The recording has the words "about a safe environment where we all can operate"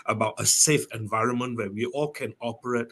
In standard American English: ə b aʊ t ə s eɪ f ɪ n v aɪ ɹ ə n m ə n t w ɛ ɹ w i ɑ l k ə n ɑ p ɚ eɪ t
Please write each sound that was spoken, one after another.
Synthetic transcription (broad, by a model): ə b aʊ t ə s eɪ f ɪ n v aɪ ɹ ə n m ə n t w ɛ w i ɑ l k ə n ɑ p ɚ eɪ t